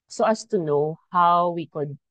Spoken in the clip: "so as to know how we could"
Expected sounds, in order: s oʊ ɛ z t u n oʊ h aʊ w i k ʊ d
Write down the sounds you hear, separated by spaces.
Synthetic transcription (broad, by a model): s oʊ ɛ s t u n oʊ h aʊ w i k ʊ d